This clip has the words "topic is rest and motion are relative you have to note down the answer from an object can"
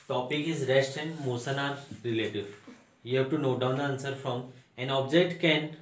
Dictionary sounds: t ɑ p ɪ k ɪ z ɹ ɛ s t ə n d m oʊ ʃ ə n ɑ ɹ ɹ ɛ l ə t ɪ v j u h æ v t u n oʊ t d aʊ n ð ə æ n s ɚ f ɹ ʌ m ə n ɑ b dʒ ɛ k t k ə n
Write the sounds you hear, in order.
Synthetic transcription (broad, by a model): t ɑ p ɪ k ɪ z ɹ ɛ s t ə n d m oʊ s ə n ɑ ɹ ɹ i l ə t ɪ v j u h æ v t u n oʊ t d aʊ n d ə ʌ n s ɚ f ɹ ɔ m ə n ɑ b dʒ ɛ k t k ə n